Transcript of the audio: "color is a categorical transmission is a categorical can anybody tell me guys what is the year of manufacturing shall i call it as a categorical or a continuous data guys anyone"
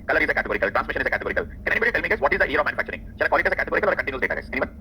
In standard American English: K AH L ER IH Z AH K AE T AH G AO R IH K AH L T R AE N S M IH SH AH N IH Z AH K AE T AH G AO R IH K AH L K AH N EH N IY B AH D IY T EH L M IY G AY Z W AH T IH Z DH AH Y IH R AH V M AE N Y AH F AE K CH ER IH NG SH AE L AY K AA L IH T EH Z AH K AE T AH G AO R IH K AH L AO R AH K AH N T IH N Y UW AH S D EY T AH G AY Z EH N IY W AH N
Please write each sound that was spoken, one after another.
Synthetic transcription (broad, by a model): K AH L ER IH Z AH K AE T AH G AO R IH K AH L T R AE N S M IH SH AH N IH Z AH K AE T AH G AO R IH K AH L K AH N EH N IY B AH D IY T EH L M IY G AY Z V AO T IH Z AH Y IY R AH V M AE N Y AH F AE K CH ER IH NG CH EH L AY K AA L IH T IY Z AH K AE T AH G AO R IH K AH L AO R AH K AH N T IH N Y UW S D EY T AH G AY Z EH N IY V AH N